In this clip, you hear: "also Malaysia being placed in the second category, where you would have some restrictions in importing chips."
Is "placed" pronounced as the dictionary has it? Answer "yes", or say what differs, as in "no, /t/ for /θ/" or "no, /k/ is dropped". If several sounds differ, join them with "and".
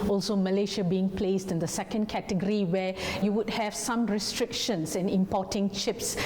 yes